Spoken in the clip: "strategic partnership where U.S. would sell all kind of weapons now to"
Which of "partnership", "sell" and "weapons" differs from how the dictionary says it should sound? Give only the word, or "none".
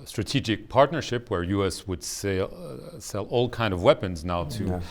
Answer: none